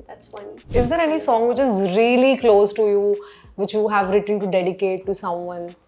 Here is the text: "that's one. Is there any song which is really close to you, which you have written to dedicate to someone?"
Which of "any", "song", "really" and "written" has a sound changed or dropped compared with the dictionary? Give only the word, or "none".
none